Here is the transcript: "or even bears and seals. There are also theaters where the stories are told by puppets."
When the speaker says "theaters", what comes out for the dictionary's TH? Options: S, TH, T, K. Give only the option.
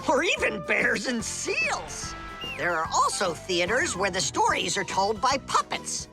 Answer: TH